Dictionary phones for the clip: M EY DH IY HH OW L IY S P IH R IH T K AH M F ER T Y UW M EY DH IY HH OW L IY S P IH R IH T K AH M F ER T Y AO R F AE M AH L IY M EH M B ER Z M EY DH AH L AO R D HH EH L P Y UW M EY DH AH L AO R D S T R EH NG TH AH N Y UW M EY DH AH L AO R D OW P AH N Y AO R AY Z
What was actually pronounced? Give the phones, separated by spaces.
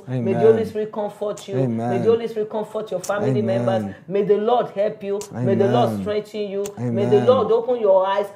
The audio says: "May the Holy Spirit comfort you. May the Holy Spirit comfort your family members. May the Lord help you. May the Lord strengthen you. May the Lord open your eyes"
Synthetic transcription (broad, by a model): M EY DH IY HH OW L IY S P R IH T K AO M F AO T Y UW M EY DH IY HH OW L IY S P R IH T K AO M F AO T Y AO F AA M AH L IY M EH M B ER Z M EY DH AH L AO D HH EH L P Y UW M EY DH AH L AO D S T R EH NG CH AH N Y UW M EY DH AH L AO D OW P AH N Y AO AY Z